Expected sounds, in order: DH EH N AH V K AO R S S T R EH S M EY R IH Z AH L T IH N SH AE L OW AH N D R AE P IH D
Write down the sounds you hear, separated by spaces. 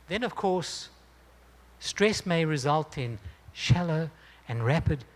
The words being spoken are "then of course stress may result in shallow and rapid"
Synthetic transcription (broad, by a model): DH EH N AH V K AO R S S T R EH S M EY R IH Z AH L T IH N SH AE L OW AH N R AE P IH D